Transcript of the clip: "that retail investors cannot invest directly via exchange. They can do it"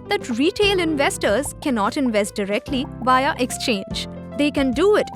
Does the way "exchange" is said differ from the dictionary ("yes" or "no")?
no